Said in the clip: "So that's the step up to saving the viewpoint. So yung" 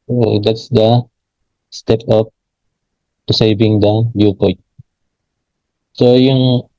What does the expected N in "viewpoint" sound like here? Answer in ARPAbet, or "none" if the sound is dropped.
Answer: none